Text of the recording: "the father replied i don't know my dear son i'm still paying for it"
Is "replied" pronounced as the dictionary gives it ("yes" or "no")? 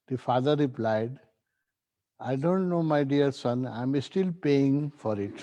yes